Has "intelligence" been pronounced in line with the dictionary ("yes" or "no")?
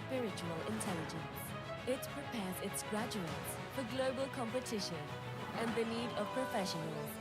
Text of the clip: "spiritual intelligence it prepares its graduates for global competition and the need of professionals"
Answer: yes